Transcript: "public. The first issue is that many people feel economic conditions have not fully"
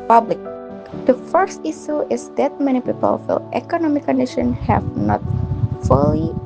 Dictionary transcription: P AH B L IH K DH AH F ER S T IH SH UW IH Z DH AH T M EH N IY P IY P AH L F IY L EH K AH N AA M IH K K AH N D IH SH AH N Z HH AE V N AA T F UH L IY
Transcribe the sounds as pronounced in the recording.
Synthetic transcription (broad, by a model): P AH B L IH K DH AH F ER S T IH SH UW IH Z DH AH T M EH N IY P IY P AH L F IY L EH K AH N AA M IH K K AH N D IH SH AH N HH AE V N AA T F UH L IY